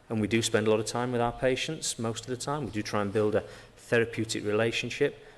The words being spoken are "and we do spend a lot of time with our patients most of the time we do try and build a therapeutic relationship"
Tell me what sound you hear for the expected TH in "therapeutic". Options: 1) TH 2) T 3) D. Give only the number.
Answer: 1